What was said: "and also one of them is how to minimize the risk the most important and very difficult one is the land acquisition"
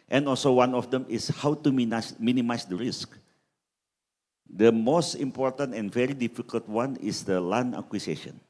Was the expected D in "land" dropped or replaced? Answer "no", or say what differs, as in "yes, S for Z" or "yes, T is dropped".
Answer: yes, D is dropped